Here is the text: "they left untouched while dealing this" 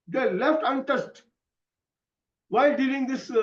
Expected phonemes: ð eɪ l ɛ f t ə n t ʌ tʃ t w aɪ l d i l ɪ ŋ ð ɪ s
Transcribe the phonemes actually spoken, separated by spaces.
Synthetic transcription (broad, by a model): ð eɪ l ɛ f t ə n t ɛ s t w aɪ l d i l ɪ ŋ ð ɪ s